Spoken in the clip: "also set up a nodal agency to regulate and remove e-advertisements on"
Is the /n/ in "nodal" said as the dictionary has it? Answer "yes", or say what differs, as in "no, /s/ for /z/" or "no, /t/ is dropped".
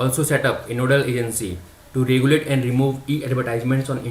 yes